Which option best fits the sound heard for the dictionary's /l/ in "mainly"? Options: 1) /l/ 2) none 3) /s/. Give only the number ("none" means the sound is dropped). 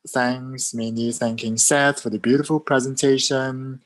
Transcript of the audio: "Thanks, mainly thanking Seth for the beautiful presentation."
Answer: 2